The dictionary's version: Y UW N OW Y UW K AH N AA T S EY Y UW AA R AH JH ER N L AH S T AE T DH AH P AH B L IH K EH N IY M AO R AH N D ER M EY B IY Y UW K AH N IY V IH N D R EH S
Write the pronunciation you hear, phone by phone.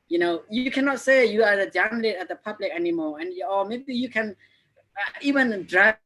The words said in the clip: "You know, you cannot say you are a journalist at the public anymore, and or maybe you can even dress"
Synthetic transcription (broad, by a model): Y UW N OW Y UW K AH N AA T S EY Y UW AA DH AH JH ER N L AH T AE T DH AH P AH B L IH K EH N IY M AO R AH N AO M EY B IY Y UW K AH N IY V IH N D R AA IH